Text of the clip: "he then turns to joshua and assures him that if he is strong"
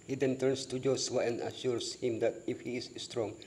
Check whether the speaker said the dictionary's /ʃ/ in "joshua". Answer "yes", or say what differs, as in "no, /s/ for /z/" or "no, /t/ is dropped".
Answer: no, /s/ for /ʃ/